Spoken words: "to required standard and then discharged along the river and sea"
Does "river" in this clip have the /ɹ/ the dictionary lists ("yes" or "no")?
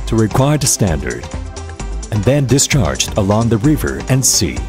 yes